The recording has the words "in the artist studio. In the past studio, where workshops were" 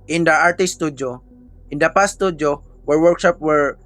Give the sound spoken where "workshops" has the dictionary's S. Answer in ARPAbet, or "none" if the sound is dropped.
none